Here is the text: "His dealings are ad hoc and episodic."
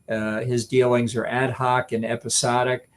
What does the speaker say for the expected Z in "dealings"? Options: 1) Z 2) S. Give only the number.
1